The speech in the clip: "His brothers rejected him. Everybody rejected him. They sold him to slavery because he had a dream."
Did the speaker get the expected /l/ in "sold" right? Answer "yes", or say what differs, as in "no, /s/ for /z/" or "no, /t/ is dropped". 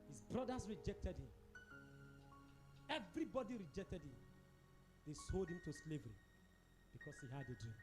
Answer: yes